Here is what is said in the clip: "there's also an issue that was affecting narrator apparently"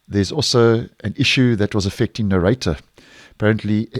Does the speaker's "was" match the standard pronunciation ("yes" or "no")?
yes